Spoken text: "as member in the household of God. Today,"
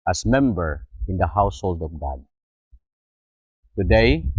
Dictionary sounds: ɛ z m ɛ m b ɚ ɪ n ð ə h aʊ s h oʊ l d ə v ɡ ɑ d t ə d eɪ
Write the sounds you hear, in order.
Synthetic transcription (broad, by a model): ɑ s m ɛ m b ɚ ɪ n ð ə h aʊ s h oʊ l d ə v ɡ ɑ d t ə d eɪ